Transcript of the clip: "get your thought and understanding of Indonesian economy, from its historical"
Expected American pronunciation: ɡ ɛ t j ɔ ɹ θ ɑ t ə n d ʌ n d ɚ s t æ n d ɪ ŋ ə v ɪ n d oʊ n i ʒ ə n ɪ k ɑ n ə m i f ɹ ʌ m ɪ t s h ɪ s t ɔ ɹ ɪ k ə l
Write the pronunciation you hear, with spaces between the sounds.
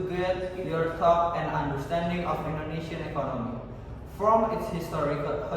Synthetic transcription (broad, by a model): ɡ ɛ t j ɔ ɹ t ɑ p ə n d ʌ n d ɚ s t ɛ n d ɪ ŋ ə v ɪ n d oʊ n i ʃ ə n ɪ k ɑ n ə m i f ɹ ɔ m ɪ t s h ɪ s t ɔ ɹ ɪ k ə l